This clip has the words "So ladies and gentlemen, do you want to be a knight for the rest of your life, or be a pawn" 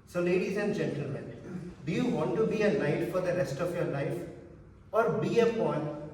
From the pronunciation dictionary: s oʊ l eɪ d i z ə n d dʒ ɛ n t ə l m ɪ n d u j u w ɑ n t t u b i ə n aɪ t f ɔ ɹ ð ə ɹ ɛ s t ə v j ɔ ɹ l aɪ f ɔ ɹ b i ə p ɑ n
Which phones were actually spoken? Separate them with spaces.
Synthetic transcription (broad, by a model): s oʊ l eɪ d i z ə n d dʒ ɛ n t ə l m ɪ n d u j u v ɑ n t t u b i ə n aɪ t f ɔ ɹ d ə ɹ ɛ s t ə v j ɔ ɹ l aɪ f ɔ ɹ b i ə p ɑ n